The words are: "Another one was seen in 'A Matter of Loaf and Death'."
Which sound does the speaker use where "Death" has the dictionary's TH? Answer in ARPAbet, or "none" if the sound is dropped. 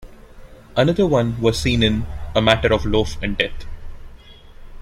T